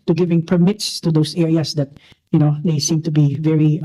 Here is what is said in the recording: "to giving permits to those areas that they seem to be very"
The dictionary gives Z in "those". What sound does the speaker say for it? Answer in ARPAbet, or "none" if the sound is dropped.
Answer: S